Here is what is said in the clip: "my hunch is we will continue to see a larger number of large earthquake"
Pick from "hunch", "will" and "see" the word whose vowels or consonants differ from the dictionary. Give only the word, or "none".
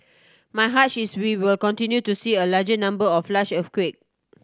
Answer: hunch